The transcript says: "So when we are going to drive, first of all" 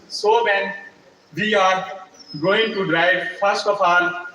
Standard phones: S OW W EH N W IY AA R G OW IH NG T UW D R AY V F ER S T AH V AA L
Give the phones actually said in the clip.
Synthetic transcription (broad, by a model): S OW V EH N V IY AA R G OW IH NG T UW D R AY V F ER S T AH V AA L